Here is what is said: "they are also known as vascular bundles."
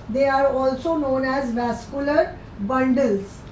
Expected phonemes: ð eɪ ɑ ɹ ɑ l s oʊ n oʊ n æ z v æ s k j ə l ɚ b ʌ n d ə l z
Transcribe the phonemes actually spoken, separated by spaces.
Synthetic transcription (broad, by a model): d eɪ ɑ ɹ ɑ l s oʊ n oʊ n æ z v æ s k j ə l ɚ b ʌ n d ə l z